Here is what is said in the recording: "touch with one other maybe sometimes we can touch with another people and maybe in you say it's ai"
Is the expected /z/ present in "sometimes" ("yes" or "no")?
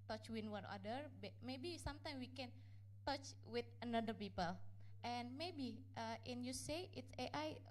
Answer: no